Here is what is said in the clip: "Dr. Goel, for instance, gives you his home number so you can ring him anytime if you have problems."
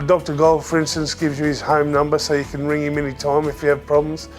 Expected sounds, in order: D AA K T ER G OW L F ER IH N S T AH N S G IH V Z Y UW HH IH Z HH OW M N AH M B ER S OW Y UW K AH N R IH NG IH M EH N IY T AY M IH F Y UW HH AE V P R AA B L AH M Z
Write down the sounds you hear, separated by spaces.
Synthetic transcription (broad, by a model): D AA K T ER G OW L F ER IH N S T AH N S G IH V Z Y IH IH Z HH OW M N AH M B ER S OW Y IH K AH N R IH NG IH M EH N IY T AY M IH F Y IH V P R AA B L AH M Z